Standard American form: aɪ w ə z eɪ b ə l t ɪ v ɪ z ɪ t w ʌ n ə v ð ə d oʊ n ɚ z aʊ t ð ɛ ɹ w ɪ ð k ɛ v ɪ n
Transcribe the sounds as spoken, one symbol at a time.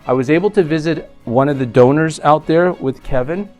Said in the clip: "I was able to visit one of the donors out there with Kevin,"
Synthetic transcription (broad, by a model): aɪ w ə z eɪ b l t ɪ v ɪ z ɪ t w ʌ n ə v ð ə d oʊ n ɚ z aʊ t ð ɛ ɹ w ɪ ð k ɛ v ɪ n